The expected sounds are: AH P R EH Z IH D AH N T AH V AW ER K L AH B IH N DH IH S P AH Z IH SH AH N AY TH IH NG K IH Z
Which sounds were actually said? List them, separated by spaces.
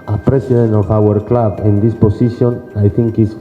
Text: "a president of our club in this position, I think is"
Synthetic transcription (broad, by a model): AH P R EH S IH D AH N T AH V AW ER K L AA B IH N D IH S P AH S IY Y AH N AY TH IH NG K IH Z